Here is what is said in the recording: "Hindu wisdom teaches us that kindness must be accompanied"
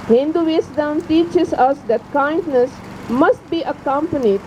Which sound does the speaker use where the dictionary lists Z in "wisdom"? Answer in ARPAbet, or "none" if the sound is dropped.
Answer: S